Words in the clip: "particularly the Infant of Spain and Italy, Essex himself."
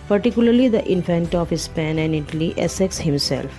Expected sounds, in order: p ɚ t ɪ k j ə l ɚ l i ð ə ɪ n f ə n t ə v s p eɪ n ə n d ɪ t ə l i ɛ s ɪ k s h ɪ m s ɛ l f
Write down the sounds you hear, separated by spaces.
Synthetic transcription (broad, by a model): p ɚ t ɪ k j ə l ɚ l i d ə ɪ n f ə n t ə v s p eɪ n ə n d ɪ t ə l i ɛ s ɪ k s h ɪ m s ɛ l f